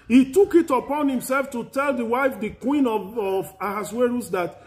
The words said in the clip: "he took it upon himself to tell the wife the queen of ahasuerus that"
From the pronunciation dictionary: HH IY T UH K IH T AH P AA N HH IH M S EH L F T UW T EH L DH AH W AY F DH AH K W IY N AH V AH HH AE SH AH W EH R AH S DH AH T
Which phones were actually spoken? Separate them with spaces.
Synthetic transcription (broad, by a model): HH IY T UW K IH T AH P AA N HH IH M S EH L F T UW T EH L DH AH W AY F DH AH K W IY N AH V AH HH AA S W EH R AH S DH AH T